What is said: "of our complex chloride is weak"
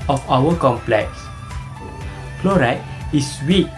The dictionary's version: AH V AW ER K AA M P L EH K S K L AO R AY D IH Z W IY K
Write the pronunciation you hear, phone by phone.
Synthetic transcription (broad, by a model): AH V AW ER K AA M P L EH K S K L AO R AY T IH S W IY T